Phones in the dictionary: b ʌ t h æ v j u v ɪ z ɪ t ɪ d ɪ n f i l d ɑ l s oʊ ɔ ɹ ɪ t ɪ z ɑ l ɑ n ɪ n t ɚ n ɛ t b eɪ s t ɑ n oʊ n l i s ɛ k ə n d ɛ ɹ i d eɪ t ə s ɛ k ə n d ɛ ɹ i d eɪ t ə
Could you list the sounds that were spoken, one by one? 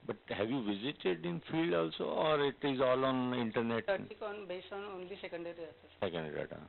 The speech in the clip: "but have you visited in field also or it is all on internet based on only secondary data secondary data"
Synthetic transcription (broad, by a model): b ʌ t h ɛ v j u v ɪ z ɪ t ɪ d ɪ n f i l d ɑ l s oʊ ɔ ɹ ɪ t ɪ z ɑ l ɑ n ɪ n t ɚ n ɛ t b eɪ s ɑ n oʊ n l i s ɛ k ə n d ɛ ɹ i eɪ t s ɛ k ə n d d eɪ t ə